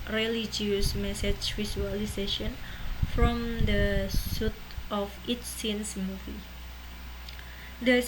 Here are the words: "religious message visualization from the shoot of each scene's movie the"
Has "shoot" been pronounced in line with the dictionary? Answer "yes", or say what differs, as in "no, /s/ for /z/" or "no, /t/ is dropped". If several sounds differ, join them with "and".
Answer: no, /s/ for /ʃ/